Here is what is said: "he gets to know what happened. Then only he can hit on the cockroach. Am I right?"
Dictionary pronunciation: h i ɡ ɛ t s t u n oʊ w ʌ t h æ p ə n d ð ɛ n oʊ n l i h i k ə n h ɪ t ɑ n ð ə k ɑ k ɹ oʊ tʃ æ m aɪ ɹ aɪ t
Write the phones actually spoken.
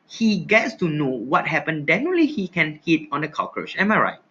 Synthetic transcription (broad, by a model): h i ɡ ɛ t s t u n oʊ w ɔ t h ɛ p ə n d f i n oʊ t l i h i k ə n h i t ɑ n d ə k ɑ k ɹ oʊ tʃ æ m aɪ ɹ aɪ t